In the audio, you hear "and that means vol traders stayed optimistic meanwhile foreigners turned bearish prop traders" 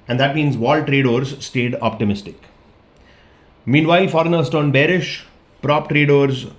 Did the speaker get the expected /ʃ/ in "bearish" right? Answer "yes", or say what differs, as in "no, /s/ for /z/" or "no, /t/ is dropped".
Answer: yes